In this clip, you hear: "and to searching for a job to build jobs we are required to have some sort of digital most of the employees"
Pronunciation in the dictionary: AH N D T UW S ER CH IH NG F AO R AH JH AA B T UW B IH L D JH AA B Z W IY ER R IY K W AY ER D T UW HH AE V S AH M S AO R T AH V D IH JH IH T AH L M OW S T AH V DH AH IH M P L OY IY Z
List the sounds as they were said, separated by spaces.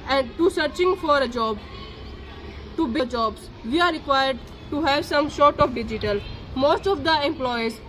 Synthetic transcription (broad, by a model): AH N D T UW S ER CH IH NG F AO R AH JH AA B T UW B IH JH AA B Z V IY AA R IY K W AY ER D T UW HH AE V S AH M SH AO R T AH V D IH JH IH T AH L M OW S T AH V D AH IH M P L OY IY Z